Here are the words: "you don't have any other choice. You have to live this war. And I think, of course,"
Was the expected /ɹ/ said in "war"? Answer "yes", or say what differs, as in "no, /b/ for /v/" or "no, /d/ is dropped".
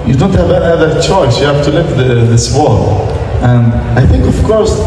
no, /l/ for /ɹ/